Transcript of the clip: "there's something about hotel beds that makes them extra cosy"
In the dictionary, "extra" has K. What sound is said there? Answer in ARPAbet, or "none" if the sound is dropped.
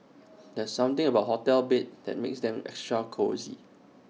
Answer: K